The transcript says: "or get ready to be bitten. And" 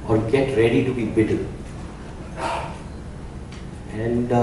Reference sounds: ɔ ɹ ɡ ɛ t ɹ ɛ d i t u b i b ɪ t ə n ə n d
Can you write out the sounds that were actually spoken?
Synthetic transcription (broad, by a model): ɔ ɹ ɡ ɛ t ɹ ɛ d i t u b i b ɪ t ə l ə n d